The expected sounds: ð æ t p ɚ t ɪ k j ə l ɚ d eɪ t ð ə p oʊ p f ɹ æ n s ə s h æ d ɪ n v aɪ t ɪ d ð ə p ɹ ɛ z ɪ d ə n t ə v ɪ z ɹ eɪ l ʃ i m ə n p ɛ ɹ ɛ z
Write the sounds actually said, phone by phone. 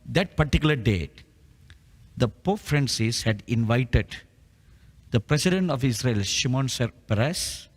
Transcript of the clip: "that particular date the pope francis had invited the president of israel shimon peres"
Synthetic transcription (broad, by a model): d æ t p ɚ t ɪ k j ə l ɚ d eɪ t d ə p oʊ f ɹ æ n s ə s h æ d ɪ n v aɪ t ɪ d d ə p ɹ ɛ s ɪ d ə n t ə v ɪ s ɹ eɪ l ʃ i m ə n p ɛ ɹ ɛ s